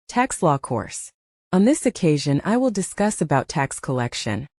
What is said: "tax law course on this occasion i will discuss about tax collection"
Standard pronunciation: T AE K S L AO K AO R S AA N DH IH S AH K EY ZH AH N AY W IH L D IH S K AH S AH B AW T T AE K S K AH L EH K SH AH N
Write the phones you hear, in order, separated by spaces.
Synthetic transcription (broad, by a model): T AE K S L AO K AO R S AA N DH IH S AH K EY ZH AH N AY W IH L D IH S K AH S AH B AW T T AE K S K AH L EH K SH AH N